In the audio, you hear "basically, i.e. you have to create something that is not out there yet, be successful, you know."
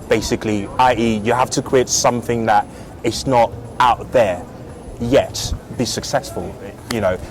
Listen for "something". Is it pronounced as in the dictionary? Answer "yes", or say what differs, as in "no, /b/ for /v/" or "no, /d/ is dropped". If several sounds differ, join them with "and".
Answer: yes